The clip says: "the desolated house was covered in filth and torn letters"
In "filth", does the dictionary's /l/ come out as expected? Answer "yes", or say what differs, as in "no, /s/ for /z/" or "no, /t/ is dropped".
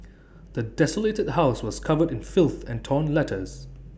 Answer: yes